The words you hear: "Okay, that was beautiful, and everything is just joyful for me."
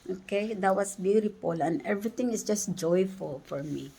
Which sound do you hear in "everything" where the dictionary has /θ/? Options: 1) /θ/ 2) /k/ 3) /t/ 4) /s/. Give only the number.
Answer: 3